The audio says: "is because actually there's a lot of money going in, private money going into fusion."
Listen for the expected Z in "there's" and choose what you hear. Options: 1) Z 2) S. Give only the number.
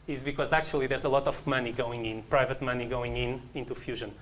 1